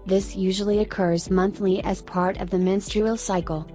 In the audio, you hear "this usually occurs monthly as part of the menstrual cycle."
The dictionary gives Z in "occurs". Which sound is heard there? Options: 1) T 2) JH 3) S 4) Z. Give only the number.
4